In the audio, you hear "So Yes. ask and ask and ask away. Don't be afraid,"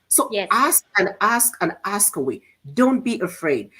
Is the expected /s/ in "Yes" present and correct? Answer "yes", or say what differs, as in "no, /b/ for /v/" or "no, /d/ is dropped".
no, /s/ is dropped